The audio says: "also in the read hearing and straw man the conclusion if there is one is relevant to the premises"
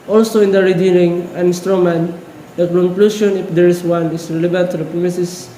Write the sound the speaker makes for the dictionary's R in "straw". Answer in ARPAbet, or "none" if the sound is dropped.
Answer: R